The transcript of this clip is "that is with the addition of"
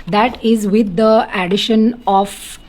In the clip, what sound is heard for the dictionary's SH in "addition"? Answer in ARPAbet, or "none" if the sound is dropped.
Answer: SH